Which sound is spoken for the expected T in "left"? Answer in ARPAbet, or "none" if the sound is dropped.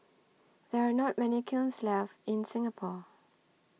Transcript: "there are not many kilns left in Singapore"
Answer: none